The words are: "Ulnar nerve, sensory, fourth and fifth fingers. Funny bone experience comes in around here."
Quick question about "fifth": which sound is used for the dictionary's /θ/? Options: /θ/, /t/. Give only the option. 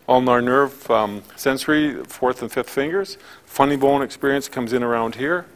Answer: /θ/